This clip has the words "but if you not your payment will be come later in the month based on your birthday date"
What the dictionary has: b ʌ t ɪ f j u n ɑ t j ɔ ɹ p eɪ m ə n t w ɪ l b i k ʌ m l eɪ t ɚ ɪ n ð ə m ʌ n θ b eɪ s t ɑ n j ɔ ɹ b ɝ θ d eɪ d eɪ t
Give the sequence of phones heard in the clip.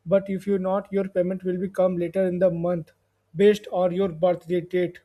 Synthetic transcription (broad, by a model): b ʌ t ɪ f j u n ɑ t j ɔ ɹ p eɪ m ə n t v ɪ l b i k ʌ m l eɪ t ɚ ɪ n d ə m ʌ n t b eɪ s t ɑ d j ɔ ɹ b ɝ t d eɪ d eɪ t